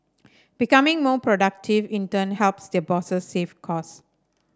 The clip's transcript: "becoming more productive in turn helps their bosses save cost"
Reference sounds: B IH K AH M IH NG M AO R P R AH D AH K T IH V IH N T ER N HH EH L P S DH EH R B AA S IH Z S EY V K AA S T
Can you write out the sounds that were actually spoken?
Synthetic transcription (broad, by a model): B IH K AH M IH NG M AO P R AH D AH K T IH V IH N T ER N HH EH L P S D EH B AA S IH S EY F K AA S